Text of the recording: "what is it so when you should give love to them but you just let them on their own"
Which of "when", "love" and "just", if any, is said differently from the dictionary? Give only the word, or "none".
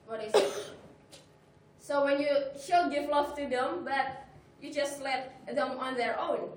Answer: love